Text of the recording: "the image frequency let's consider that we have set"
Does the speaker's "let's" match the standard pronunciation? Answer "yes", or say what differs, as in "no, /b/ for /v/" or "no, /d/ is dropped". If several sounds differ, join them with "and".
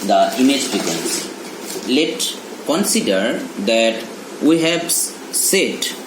no, /s/ is dropped